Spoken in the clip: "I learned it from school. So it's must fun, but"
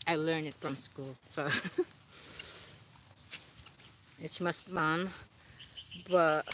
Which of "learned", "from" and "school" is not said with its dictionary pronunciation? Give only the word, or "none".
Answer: learned